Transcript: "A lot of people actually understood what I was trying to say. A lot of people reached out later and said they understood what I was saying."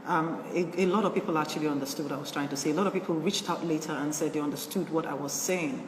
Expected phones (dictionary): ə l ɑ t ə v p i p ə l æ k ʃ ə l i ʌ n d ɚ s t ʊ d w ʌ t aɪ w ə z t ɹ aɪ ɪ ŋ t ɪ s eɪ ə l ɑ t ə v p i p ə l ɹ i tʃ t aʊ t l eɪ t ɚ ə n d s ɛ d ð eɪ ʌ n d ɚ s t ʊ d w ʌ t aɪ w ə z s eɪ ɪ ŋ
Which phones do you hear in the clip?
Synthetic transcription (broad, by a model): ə l ɑ t ə v p i p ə l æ k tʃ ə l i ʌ n d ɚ s t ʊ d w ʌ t aɪ w ə z t ɹ aɪ ɪ ŋ t ɪ s eɪ ə l ɑ t ə v p i p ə l ɹ i tʃ t aʊ t l eɪ t ɚ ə n s ɛ d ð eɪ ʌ n d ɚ s t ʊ d w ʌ t aɪ w ə z s eɪ ɪ ŋ